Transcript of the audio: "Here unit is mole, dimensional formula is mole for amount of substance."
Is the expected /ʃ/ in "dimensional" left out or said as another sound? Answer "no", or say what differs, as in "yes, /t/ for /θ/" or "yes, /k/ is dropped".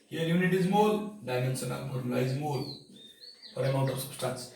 yes, /s/ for /ʃ/